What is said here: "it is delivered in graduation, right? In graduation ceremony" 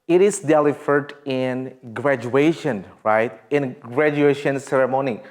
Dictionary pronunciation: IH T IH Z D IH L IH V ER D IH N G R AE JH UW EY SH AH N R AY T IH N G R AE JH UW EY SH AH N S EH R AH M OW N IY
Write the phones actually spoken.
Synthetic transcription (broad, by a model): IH T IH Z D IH L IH F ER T IH N G R AE JH UW EY SH AH N R AY T IH N G R AE JH UW EY SH AH N S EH R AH M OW N IY